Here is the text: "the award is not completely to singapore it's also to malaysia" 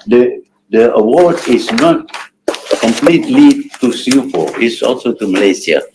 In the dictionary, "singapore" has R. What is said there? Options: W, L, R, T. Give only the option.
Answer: L